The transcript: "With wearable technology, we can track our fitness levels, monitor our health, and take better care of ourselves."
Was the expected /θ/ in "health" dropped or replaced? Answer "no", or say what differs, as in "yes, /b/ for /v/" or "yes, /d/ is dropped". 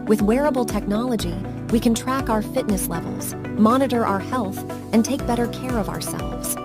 no